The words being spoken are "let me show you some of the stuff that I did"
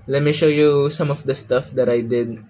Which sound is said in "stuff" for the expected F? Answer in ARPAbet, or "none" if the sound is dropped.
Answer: F